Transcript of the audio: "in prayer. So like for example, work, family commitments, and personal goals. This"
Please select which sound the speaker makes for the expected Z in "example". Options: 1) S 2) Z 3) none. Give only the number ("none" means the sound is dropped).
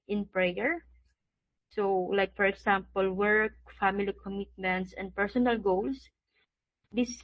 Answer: 1